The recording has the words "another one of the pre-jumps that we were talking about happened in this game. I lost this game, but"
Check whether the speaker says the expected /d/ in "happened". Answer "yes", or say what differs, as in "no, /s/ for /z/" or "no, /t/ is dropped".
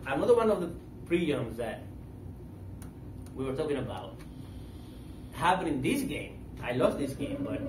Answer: no, /d/ is dropped